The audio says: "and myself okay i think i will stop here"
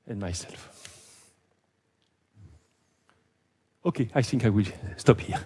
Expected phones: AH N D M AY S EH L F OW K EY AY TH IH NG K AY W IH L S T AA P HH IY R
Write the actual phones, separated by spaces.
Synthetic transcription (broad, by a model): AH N M AY S EH L F OW K EY AY TH IH NG K AY W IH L S T AA P HH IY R